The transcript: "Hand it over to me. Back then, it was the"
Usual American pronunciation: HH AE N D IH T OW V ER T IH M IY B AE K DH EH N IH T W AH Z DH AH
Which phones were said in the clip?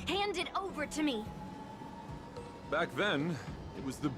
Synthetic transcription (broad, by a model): HH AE N D IH T OW V ER T IH M IY B AE K DH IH N IH T W AH Z DH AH